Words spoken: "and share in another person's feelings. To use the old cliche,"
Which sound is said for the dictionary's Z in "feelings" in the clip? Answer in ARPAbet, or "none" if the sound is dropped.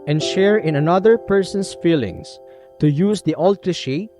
S